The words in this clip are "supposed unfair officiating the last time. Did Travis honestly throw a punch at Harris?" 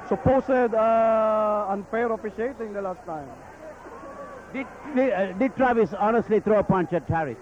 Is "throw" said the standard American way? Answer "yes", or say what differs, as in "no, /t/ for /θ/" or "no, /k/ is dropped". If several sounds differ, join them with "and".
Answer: no, /t/ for /θ/